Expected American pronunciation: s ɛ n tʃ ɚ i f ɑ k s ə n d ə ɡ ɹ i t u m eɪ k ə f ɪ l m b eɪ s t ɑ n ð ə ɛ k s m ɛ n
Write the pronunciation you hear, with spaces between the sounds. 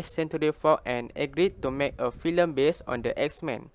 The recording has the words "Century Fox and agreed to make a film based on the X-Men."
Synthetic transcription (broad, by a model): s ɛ n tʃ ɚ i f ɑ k ə n ə ɡ ɹ i t u m eɪ k ə f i l m b eɪ s ɑ n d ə ɛ k s m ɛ n